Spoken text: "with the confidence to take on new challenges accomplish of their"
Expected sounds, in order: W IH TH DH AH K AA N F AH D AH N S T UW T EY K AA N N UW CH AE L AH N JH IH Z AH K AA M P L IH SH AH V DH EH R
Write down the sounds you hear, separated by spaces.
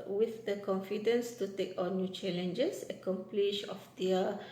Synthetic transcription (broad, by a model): W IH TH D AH K AA N F AH D AH N S T UW T EY K AA N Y UW CH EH L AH N JH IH S AH K AA M P L IH SH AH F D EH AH